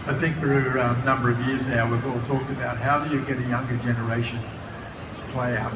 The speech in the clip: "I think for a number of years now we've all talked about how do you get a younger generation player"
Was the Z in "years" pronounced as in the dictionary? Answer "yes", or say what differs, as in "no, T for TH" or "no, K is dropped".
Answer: yes